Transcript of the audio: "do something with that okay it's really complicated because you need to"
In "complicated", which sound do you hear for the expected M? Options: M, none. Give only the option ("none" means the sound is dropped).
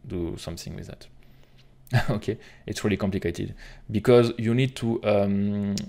M